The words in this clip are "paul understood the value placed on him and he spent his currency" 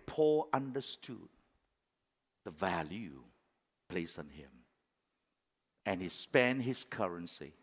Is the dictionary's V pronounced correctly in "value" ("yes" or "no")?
yes